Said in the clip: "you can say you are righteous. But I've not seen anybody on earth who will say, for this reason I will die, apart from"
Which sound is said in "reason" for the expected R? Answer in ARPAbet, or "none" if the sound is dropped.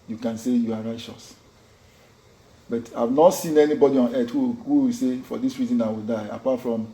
R